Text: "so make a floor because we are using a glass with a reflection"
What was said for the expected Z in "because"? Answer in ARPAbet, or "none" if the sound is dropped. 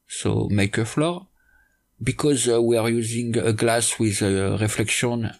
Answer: Z